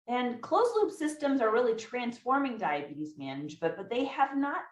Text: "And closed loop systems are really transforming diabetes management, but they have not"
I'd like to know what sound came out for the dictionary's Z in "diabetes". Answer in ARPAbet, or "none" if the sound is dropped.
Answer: Z